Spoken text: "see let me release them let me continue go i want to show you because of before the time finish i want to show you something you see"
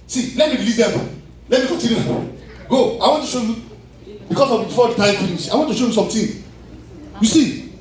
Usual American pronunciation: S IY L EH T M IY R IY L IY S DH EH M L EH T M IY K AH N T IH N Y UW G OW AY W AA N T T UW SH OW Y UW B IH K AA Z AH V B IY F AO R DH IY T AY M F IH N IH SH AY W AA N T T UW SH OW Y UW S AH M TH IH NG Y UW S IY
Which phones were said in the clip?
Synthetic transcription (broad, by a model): S IY L EH T M IY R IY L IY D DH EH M L EH T M IY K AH T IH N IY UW G OW AY W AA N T T UW SH OW Y UW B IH K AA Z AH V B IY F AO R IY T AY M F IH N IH S AY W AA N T T UW SH OW Y UW S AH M T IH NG Y UW S IY